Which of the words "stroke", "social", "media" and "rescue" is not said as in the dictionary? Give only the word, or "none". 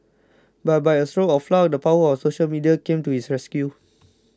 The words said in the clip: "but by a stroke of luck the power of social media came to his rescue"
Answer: stroke